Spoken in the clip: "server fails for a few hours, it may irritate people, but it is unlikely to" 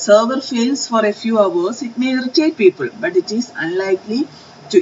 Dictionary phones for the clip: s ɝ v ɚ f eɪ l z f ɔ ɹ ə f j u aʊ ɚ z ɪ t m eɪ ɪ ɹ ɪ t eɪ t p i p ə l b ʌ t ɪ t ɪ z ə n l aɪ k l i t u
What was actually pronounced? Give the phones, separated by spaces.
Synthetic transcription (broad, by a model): s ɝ v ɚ f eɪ l s f ɔ ɹ ə f j u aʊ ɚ s ɪ t m eɪ ɹ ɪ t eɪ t p i p ə l b ʌ t ɪ t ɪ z ə n l aɪ k l i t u